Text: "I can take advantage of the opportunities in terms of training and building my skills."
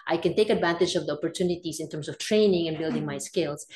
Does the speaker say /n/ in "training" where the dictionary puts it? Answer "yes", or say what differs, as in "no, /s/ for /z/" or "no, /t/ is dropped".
yes